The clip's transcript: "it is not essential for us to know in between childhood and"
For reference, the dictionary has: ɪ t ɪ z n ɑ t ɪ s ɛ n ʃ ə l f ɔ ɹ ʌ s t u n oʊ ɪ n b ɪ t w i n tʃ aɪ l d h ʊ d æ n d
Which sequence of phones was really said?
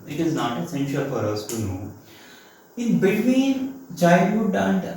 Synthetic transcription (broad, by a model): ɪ t ɪ z n ɑ t ɪ s ɛ n ʃ ə l f ɔ ɹ ʌ s t u n oʊ ɪ n b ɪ t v i n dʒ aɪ d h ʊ d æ n d